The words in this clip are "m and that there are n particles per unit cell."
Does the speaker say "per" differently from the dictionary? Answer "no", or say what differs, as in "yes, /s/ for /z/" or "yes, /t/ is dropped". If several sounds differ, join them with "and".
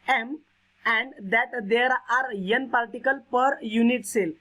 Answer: no